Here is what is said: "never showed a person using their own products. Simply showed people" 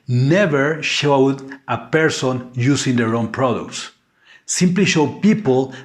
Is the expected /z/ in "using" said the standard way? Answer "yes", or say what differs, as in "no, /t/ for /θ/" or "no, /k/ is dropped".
no, /s/ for /z/